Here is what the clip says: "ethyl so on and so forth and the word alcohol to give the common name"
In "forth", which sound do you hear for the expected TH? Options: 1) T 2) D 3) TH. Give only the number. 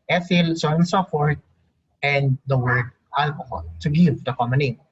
1